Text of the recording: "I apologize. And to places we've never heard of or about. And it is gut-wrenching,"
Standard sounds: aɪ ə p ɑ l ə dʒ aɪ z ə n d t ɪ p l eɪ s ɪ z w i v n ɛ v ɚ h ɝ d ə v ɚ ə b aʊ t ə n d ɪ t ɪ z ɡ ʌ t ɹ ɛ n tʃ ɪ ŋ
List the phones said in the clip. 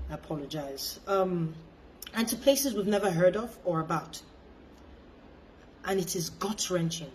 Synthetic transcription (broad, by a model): ə p ɑ l ə dʒ aɪ z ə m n t ɪ p l eɪ s ɪ z w i v n ɛ v ɚ h ɝ d ə v ɚ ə b aʊ t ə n ɪ t ɪ z ɡ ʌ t ɹ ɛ n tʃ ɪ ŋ